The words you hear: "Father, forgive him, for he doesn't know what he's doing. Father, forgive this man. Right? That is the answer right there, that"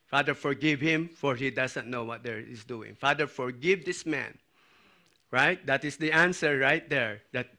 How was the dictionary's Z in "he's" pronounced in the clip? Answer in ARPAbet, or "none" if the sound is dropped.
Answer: S